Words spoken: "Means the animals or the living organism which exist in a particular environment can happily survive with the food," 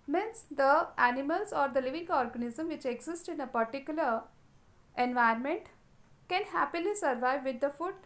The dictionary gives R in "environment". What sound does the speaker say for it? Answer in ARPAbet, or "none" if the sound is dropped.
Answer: none